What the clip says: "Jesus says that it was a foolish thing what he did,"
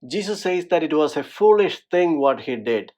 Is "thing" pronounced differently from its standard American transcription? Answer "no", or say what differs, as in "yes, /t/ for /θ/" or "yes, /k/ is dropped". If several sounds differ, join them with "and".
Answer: yes, /t/ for /θ/